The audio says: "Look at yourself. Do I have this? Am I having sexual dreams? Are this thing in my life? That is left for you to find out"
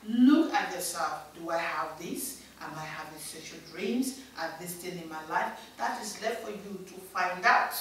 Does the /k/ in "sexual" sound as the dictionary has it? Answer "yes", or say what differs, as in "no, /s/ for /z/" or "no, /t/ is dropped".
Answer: no, /k/ is dropped